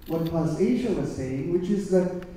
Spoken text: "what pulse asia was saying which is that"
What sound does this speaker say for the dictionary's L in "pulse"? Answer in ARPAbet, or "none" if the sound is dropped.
none